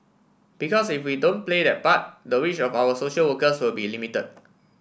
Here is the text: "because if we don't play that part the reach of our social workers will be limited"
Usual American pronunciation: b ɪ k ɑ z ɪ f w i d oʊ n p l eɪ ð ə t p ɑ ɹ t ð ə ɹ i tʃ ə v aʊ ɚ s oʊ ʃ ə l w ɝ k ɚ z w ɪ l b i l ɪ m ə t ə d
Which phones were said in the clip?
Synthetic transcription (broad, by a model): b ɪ k ɑ s ɪ f w i d oʊ n p l eɪ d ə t p ɑ t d ə w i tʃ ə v aʊ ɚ s oʊ ʃ ə l w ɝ k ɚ s w ɪ l b i l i m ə t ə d